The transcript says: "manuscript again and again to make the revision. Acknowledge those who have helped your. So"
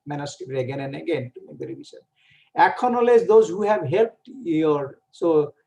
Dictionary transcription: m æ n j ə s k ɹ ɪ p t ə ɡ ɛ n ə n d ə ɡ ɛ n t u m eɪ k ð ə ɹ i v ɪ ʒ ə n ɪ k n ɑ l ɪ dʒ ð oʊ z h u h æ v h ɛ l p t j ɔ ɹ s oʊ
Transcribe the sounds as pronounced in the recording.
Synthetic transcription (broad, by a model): m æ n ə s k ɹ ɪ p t ə ɡ ɛ n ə n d ə ɡ ɛ n t u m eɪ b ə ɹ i b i s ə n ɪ k n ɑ l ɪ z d oʊ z h u h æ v h ɛ l p t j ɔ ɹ s oʊ